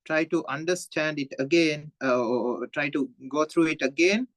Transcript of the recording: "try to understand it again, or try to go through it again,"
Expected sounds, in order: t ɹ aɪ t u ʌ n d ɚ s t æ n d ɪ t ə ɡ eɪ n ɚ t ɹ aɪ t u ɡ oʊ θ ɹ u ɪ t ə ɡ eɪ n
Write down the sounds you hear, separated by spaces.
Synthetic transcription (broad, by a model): t ɹ aɪ t u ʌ n d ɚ s t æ n d ɪ t ə ɡ eɪ n t ɹ aɪ t u ɡ oʊ t ɹ u ɪ t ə ɡ eɪ n